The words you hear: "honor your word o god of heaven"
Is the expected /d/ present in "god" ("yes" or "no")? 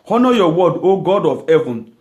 yes